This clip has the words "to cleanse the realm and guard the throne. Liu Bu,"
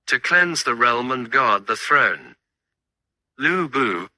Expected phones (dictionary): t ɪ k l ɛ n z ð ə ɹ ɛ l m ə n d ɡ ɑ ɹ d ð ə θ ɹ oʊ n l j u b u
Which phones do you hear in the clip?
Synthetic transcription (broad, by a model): t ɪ k l ɛ n z ð ə ɹ ɛ l m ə n ɡ ɑ ɹ d ð ə θ ɹ oʊ n l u b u